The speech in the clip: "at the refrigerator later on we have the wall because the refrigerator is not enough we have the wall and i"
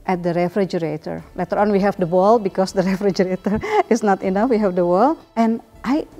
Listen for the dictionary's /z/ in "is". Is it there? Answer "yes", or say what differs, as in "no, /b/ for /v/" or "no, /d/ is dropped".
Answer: no, /s/ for /z/